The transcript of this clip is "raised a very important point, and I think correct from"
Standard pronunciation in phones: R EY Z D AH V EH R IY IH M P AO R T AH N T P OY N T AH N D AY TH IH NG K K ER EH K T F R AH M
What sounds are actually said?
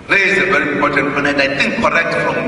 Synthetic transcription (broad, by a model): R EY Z AH V EH R IY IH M P AO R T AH N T F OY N AH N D AY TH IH NG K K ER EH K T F R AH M